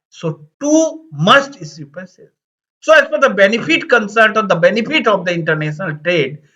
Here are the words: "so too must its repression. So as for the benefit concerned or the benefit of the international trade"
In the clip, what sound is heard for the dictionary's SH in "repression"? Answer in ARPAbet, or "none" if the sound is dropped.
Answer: S